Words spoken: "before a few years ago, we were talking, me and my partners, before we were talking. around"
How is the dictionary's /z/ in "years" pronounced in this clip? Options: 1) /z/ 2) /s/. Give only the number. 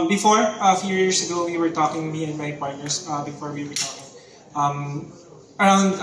2